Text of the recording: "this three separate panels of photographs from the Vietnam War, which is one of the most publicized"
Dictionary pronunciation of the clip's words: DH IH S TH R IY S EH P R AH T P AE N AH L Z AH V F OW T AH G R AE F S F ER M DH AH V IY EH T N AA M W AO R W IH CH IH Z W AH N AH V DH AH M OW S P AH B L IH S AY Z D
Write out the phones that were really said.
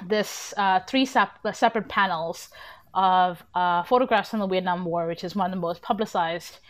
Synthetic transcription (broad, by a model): DH IH S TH R IY S EH P R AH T P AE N L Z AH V F OW T AH G R AE F S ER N DH AH W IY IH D N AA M W AO R W IH CH IH Z W AH N AH V DH AH M OW S P AH B L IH S AY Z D